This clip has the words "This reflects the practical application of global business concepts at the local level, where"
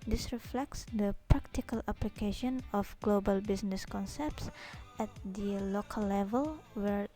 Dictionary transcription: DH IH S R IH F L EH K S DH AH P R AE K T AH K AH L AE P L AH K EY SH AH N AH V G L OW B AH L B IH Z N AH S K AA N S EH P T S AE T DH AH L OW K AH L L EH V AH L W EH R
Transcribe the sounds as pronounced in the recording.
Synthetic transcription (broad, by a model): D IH S R IH F L EH K S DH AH P R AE K T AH K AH L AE P L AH K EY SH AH N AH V G L OW B AH L B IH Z N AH S K AA N S EH P T S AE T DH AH L OW K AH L L EH V AH L W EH R